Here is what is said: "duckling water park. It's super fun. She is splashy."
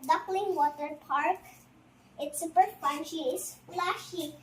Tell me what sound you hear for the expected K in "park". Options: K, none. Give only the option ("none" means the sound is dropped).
K